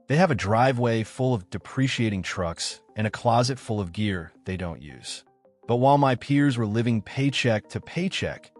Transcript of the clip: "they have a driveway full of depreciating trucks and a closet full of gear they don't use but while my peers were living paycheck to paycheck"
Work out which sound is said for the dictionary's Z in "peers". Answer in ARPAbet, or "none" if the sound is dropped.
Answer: Z